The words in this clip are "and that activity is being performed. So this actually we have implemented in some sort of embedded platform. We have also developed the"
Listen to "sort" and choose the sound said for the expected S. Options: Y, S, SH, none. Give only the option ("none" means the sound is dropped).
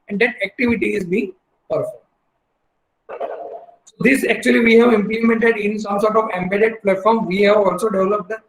S